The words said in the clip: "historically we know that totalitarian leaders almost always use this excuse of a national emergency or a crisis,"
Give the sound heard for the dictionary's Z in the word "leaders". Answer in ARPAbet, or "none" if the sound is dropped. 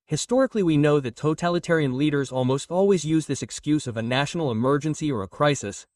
Z